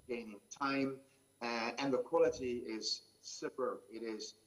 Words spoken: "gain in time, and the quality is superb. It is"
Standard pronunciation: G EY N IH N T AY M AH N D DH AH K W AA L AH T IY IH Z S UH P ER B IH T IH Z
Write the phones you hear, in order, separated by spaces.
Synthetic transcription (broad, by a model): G EY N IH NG T AY M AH N DH AH K W AA L AH T IY IH Z S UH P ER IH T IH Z